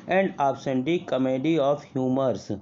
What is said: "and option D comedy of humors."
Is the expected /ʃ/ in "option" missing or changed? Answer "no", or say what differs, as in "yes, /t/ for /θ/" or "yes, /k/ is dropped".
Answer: yes, /s/ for /ʃ/